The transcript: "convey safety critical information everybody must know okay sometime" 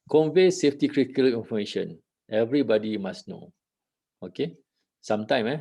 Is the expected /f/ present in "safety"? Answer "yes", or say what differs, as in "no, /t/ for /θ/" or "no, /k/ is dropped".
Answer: yes